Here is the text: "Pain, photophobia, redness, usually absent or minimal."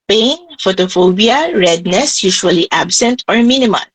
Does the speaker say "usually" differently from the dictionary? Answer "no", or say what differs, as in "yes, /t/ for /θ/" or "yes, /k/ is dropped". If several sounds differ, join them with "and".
yes, /ʃ/ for /ʒ/